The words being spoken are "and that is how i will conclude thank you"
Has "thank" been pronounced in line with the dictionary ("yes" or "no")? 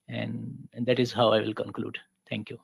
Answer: no